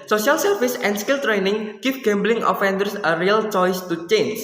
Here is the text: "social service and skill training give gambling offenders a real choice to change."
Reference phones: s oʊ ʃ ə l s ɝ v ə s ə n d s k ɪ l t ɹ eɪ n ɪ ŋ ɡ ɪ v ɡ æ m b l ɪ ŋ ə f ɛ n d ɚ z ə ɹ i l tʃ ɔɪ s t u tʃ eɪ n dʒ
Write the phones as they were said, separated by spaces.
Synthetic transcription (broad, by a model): s oʊ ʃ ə l s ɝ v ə s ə n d s k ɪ l t ɹ eɪ n ɪ ŋ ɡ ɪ f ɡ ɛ m b l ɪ ŋ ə f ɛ n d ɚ s ə ɹ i l tʃ ɔɪ s t u tʃ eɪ n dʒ